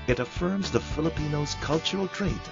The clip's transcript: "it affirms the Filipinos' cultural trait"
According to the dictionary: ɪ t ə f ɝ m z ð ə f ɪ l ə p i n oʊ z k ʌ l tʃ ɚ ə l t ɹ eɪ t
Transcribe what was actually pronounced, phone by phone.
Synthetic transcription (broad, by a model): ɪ t ə f ɝ m z ð ə f ɪ l ə p i n oʊ z k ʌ l tʃ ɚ l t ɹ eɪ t